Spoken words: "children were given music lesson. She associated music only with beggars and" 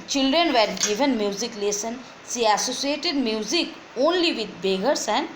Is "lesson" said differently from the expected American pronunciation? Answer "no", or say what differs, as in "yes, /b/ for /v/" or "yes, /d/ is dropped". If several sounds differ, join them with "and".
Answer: no